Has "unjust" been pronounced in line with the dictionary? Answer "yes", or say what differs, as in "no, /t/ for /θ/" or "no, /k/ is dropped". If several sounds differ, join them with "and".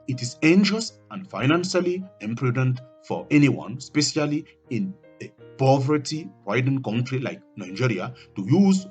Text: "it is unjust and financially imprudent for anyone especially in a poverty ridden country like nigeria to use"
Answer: no, /ʃ/ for /dʒ/